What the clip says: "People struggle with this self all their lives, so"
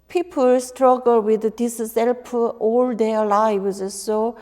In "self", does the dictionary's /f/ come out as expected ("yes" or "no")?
no